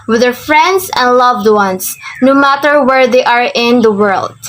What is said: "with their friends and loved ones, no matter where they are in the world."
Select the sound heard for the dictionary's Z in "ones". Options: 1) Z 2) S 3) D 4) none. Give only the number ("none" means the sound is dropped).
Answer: 2